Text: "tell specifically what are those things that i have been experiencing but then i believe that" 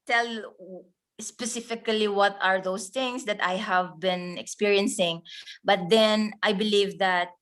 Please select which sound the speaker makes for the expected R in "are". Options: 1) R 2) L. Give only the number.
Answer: 1